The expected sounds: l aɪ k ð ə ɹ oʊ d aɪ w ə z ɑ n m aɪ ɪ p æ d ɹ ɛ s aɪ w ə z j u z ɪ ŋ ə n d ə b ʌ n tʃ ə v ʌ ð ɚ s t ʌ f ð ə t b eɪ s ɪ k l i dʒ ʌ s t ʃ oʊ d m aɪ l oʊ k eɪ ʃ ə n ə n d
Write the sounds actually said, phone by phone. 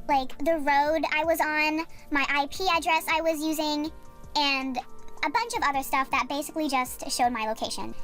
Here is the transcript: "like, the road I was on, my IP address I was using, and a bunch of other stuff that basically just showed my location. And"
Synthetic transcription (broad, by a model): l aɪ k ð ə ɹ oʊ d aɪ w ə z n m aɪ ɪ p æ d ɹ ɛ s aɪ w ə z j u z ɪ ŋ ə n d ə b ʌ n tʃ ə v ʌ ð ɚ s t ʌ f ð ə t b eɪ s ɪ k l i dʒ ʌ s t ʃ oʊ d m aɪ l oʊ k eɪ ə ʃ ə n